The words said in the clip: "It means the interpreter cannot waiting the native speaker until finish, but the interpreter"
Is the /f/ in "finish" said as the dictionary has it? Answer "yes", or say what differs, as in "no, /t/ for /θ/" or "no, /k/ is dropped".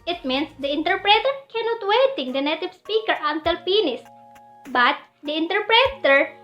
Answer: no, /p/ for /f/